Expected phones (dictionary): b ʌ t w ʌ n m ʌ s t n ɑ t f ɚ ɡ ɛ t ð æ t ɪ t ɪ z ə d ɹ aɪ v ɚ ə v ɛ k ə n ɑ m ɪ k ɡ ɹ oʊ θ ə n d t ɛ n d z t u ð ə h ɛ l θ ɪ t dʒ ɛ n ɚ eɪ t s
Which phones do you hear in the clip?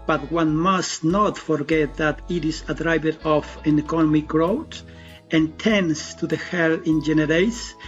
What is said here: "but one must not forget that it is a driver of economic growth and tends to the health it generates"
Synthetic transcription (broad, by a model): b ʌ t w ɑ n m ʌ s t n ɑ t f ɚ ɡ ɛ t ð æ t ɪ t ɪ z ə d ɹ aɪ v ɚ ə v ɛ k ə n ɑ m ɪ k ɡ ɹ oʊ t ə n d t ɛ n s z t u ð ə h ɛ l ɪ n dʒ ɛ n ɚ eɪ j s